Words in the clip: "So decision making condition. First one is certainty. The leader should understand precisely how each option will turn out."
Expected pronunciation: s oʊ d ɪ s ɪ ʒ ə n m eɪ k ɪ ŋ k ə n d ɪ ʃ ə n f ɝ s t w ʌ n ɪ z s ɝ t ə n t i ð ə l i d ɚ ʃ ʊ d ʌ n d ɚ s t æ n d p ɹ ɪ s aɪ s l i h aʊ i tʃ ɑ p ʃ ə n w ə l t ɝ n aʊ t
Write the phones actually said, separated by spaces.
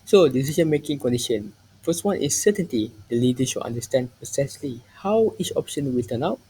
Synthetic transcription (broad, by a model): s oʊ d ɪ s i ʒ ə n m eɪ k ɪ ŋ k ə n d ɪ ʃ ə n f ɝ s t w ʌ n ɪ s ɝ t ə n t i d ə l i d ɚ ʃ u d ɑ n d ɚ s t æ n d p ɪ s aɪ s l i h aʊ i tʃ ɑ p ʃ ə n w ə l t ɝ n aʊ t